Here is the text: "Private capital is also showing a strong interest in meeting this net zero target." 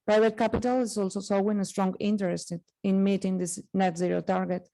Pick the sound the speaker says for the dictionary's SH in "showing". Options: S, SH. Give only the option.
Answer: S